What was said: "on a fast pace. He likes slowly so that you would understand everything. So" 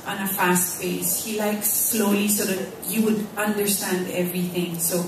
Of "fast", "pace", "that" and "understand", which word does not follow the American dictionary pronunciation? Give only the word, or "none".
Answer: pace